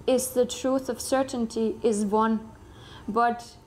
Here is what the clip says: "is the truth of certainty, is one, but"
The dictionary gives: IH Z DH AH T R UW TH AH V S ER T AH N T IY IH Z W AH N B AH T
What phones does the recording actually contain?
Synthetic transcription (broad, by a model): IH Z DH AH T R UW TH AH V S ER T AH N T IY IH Z W AH N B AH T